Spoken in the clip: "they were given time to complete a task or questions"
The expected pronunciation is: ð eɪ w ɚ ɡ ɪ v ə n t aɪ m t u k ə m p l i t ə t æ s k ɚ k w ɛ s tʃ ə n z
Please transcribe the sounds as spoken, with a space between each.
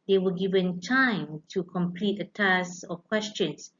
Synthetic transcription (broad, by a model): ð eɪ w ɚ ɡ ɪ v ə n t aɪ m t u k ə m p l i t ə t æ s ɔ k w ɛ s tʃ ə n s